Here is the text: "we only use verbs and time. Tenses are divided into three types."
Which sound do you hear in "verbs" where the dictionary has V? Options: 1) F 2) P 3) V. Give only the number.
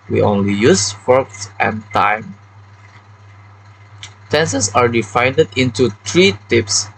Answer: 1